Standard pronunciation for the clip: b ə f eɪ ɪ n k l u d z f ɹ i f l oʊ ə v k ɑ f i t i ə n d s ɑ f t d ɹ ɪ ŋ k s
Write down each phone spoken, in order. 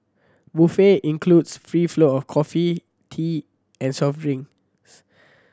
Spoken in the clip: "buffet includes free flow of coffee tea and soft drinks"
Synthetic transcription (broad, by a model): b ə f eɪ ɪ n k l u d s f ɹ i f l oʊ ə f k ɑ f i t i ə n s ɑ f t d ɹ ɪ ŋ s